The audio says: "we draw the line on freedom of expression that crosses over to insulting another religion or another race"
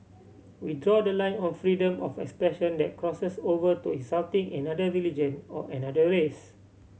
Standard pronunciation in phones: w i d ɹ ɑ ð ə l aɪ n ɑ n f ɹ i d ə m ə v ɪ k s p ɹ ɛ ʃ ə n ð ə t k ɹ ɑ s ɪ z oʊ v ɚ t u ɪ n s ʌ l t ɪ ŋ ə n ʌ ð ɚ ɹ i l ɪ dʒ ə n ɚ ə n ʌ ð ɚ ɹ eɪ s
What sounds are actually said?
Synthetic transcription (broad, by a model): w i d ɹ ɑ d ə l aɪ n ɑ n f ɹ i d ə m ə f ɪ k s p ɹ ɛ ʃ ə n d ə t k ɹ ɑ s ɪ s oʊ v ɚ t u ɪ s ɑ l t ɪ ŋ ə n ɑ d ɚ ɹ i l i dʒ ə n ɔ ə n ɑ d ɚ ɹ eɪ s